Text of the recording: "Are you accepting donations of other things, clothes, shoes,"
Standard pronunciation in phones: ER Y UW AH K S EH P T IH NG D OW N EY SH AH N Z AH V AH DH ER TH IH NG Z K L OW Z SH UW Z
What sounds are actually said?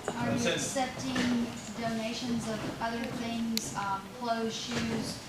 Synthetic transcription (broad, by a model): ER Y AH K S EH P T IH NG D OW N EY SH AH N Z AH V AH DH ER TH IH NG Z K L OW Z SH UW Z